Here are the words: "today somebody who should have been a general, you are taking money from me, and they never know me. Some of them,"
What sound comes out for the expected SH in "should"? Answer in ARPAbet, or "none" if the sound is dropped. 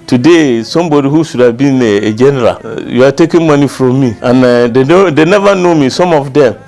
S